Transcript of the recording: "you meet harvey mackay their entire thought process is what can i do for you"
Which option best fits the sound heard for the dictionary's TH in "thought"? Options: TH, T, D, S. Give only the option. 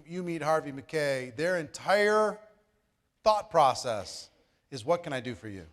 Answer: TH